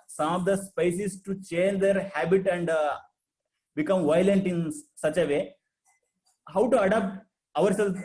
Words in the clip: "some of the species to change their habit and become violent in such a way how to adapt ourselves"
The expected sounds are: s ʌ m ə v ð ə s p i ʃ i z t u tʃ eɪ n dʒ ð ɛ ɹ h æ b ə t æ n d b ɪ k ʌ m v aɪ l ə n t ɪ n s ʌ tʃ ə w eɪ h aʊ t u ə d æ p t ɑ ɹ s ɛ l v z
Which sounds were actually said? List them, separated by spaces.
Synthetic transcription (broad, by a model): s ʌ m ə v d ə s p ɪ s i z t u tʃ eɪ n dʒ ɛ ɹ h æ b ə t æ n d b ɪ k ʌ m v aɪ l ə n t ɪ n s ʌ tʃ ə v eɪ h aʊ t u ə d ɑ p t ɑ ɹ s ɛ l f